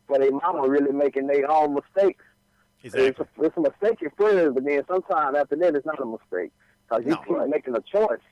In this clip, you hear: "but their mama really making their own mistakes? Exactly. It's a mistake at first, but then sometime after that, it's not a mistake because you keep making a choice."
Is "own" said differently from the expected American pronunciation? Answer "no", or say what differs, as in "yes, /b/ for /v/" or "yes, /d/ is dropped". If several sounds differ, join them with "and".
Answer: yes, /l/ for /n/